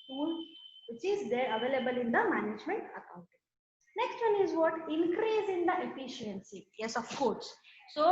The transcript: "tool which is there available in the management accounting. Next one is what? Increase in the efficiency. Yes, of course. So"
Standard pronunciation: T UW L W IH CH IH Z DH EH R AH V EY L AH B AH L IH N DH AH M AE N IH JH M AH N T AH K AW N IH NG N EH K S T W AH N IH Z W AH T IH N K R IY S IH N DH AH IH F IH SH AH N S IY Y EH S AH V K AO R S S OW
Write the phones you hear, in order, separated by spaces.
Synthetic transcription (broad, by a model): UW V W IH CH IH Z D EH R AH V EY L AH B AH L IH N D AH M AE N IH JH M AH N T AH K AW N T N EH K S T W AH N IH Z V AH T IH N K R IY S IH N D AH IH F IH SH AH N S IY Y EH S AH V K AO R S S OW